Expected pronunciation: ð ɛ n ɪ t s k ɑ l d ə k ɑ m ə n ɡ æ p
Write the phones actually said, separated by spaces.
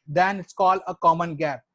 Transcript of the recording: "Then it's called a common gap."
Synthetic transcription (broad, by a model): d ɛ n ɪ t s k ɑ l ə k ɑ m ə n ɡ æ p